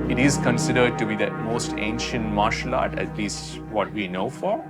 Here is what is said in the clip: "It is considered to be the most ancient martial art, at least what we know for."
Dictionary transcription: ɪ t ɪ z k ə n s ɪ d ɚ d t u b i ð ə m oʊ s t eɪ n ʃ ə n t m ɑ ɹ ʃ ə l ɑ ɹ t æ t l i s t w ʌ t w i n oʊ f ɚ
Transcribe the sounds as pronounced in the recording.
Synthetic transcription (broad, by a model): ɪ t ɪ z k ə n s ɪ d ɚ d t u b i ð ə m oʊ s t eɪ n ʃ ə n t m ɑ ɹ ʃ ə l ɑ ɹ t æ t l i s t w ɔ t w i n oʊ f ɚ